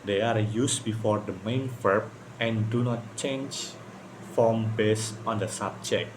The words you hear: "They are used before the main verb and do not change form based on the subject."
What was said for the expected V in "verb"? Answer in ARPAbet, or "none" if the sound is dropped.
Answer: F